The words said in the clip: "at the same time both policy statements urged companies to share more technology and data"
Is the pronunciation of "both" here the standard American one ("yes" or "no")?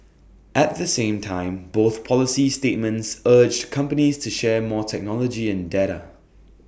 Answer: yes